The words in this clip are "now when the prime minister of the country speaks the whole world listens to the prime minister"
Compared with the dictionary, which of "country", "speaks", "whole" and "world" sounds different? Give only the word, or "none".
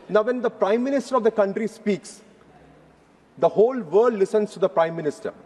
world